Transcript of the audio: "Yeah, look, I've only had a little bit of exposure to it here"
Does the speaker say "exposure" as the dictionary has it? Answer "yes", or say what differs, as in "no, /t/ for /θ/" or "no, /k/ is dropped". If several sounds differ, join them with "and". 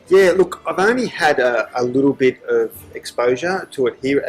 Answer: yes